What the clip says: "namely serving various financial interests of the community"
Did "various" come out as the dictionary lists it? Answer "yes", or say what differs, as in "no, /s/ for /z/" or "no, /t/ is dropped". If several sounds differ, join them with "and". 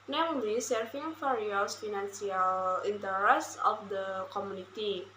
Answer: no, /f/ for /v/